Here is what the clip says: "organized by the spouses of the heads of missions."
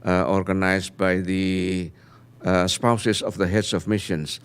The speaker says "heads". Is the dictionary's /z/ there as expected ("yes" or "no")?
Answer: no